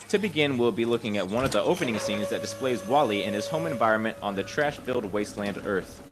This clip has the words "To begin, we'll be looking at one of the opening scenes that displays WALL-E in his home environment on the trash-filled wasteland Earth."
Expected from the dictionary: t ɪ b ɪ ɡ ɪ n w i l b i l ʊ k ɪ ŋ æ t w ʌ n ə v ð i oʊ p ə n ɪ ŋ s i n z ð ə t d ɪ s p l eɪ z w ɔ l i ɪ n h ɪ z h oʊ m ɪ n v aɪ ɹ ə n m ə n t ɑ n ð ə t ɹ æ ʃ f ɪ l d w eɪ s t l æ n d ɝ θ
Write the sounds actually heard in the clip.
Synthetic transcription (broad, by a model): t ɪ b ɪ ɡ ɪ n w i l b i l ʊ k ɪ ŋ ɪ t w ʌ n ə v ð i oʊ p ə n ɪ ŋ s i n z ð ə t d ɪ s p l eɪ z w ɔ l i ɪ n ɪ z h oʊ m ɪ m v aɪ ɹ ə n m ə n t n ð ə t ɹ æ ʃ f ɪ l d w eɪ s t l æ n d ɝ θ